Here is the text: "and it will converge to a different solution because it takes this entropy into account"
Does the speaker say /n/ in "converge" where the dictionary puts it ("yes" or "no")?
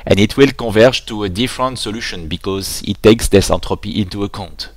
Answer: no